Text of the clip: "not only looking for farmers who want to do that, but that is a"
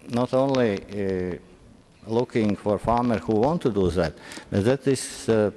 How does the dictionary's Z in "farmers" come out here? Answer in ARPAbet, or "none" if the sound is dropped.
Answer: none